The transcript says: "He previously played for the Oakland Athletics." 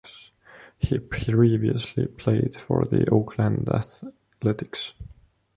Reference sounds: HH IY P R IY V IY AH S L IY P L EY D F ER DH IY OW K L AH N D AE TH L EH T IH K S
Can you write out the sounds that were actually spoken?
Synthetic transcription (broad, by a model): HH IY P R IY V IY AH S L IY P L EY D F ER DH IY OW K L AH N D AE TH L EH T IH K S